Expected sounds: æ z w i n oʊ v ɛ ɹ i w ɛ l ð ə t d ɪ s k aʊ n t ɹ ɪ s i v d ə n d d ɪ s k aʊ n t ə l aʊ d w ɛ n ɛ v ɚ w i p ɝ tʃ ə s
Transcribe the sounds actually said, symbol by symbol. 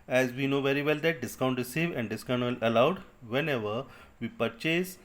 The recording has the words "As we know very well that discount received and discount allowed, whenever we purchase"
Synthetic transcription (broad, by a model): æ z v i n oʊ v ɛ ɹ i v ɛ l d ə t d ɪ s k aʊ n t ɹ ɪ s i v ə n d d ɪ s k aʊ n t ə l aʊ d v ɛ n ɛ v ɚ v i p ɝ tʃ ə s